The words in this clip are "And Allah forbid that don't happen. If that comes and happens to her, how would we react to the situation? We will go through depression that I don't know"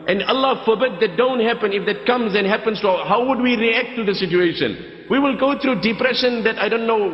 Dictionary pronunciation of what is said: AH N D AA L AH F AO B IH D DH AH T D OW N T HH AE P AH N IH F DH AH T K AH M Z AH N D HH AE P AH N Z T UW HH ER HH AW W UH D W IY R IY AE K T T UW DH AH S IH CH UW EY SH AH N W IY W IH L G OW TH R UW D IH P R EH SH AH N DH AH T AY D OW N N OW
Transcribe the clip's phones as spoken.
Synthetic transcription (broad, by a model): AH N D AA L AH F AO B IH D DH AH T D OW N T HH AE P AH N IH F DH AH T K AH M Z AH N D HH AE P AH N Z T UW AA HH AW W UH D W IY R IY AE K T T UW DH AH S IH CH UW EY SH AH N W IY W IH L G OW T R UW D IH P R EH SH AH N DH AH T AY D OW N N OW